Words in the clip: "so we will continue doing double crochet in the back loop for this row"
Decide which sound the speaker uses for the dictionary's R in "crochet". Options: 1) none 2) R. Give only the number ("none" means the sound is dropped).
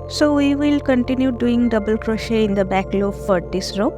2